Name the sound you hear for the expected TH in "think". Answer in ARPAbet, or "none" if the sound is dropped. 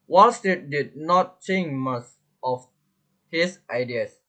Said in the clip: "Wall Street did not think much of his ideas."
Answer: S